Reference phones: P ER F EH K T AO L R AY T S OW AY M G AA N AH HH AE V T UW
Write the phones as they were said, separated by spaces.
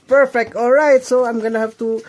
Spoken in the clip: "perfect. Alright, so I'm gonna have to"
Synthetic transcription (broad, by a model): P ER F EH K T AO L R AY T S OW AY M G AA N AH HH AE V T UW